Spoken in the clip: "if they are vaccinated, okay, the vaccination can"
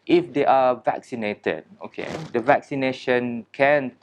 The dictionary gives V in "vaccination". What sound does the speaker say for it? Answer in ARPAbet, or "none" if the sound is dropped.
V